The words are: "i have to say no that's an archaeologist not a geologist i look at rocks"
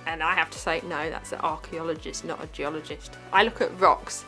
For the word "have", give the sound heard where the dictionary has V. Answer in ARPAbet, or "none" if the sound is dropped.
F